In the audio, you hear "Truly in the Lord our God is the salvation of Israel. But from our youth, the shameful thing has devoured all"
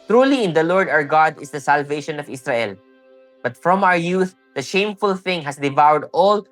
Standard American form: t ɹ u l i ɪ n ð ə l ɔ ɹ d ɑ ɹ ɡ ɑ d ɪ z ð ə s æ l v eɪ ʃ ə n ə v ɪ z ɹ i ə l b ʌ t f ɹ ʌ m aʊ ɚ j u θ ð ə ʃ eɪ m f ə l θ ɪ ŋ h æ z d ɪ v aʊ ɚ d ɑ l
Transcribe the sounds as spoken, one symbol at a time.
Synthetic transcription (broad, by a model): t ɹ u l i ɪ n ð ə l ɔ ɹ d ɑ ɹ ɡ ɑ d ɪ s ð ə s æ l v eɪ ʃ ə n ə v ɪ s ɹ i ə l b ʌ t f ɹ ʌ m aʊ ɚ j u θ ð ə ʃ eɪ m f ə l θ ɪ ŋ h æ s d ɪ v aʊ ɚ d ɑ l